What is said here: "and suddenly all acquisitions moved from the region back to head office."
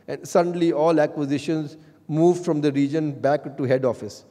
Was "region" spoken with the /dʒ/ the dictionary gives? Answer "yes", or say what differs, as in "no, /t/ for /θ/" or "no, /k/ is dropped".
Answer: yes